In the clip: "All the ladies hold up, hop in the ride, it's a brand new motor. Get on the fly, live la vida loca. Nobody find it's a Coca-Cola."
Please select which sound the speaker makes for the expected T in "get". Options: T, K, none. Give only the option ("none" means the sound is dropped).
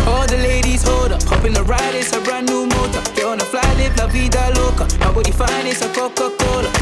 none